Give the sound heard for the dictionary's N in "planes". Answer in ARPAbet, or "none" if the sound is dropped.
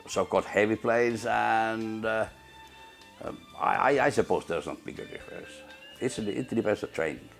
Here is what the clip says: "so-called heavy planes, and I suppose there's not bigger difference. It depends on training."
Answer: none